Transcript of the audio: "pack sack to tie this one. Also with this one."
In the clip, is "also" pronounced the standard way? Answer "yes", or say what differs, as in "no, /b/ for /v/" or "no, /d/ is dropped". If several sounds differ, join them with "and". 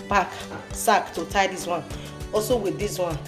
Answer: no, /l/ is dropped